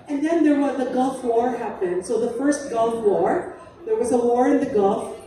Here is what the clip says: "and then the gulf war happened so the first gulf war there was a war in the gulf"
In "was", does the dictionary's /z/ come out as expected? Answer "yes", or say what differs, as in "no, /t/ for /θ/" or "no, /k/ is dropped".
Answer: yes